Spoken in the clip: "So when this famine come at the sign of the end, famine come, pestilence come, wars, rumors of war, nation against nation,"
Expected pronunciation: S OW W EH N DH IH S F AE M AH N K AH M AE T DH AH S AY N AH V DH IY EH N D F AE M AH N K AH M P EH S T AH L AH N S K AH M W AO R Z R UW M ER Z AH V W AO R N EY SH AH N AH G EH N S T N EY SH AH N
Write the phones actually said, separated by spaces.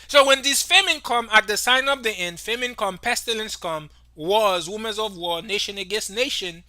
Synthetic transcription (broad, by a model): S OW W EH N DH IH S F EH M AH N K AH M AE T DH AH S AY N AH V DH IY EH N D F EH M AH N K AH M P EH S T AH L AH N S K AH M W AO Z W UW M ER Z AH V W AO N EY SH AH N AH G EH N S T N EY SH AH N